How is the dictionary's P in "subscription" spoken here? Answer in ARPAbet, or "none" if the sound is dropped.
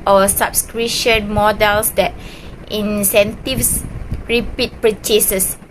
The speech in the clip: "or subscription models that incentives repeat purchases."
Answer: none